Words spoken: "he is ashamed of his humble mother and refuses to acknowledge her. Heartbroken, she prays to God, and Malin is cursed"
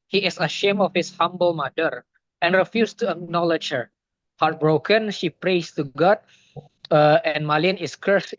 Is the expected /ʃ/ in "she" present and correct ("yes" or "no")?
yes